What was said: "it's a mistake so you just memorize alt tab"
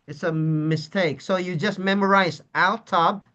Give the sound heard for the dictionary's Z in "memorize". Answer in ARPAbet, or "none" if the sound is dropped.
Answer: Z